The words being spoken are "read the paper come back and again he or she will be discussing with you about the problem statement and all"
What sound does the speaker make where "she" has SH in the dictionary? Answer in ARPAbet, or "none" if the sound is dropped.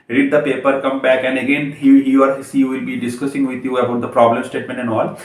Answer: S